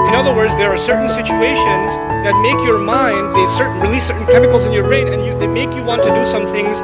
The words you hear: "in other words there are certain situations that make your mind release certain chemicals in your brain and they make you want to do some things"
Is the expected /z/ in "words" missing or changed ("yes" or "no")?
no